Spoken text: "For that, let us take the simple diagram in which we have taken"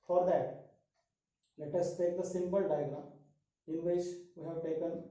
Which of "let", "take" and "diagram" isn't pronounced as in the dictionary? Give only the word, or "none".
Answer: diagram